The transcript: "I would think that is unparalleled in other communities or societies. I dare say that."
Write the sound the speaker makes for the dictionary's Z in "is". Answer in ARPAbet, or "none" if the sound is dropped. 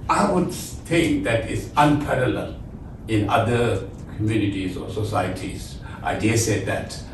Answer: S